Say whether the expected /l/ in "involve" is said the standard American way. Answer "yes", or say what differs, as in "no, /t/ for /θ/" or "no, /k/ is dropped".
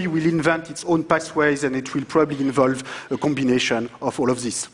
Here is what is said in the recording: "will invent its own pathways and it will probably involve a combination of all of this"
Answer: yes